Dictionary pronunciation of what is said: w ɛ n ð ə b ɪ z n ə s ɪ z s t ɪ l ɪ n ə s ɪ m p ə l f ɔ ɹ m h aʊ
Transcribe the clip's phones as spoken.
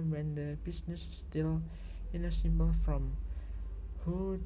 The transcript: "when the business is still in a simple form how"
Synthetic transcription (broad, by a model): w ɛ n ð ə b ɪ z n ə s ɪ s t ɪ l ɪ n ə s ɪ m b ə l f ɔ m h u